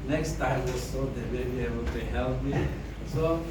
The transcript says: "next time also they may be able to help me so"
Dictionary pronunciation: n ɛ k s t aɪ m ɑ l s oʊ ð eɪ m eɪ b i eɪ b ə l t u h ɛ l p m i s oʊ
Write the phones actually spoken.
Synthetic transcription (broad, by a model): n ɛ k s t aɪ m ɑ s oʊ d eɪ m eɪ b i eɪ b ə l t u h ɛ l p m i s oʊ